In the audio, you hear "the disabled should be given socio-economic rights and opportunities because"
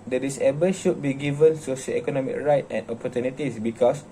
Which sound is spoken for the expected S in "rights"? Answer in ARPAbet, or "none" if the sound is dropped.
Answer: none